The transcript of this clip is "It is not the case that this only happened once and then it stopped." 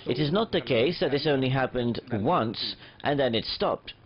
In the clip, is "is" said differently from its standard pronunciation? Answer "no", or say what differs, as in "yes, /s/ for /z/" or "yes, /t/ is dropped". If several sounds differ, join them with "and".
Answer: no